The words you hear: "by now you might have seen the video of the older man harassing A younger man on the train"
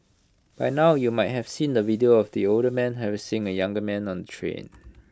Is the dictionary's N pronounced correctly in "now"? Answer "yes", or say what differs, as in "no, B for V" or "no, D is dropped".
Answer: yes